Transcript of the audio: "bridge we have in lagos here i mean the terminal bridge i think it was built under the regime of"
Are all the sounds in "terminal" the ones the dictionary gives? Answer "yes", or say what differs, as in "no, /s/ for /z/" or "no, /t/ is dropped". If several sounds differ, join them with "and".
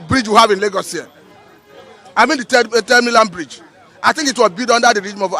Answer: no, /l/ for /n/ and /n/ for /l/